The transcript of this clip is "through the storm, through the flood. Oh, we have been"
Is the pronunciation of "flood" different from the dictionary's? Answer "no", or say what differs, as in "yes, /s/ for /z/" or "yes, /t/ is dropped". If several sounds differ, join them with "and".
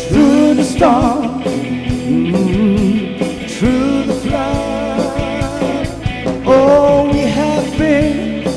yes, /d/ is dropped